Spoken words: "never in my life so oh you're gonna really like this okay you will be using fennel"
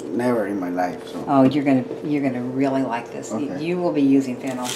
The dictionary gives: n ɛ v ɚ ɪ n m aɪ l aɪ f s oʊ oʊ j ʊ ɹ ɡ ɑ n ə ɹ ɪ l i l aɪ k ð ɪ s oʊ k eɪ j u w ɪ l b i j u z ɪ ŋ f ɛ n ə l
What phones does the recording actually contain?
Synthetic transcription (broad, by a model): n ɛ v ɚ ɪ n m aɪ l aɪ f s oʊ oʊ j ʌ ɹ ɡ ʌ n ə ɹ ɪ l i l aɪ k ð ɪ s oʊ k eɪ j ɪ w ɪ l b i j u z ɪ ŋ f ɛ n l